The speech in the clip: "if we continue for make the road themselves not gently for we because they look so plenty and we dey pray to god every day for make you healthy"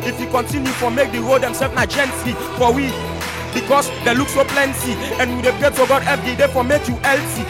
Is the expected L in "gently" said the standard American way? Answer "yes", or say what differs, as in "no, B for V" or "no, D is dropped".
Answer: no, L is dropped